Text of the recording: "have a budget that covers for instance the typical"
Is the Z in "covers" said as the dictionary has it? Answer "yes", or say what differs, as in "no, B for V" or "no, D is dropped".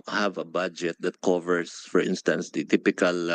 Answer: no, S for Z